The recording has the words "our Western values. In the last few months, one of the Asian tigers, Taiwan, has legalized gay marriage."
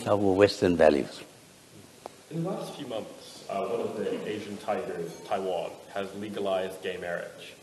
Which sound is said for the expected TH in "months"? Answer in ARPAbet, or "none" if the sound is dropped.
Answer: TH